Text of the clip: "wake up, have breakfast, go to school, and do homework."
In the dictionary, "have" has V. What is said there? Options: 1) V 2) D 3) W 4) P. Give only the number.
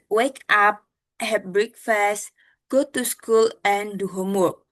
4